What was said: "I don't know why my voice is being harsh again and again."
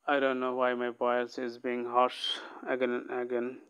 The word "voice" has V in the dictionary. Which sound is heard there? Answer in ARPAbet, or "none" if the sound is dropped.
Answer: B